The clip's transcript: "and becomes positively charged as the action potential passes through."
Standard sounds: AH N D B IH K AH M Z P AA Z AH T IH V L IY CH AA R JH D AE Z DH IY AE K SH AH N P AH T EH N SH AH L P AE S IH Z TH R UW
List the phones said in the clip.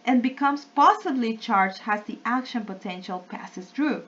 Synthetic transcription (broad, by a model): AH N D B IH K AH M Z P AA S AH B L IY CH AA R JH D AE Z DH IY AE K SH AH N P AH T EH N SH AH L P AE S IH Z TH R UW